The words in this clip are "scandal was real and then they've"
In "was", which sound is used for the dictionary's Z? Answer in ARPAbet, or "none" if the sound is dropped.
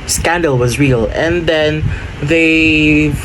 Z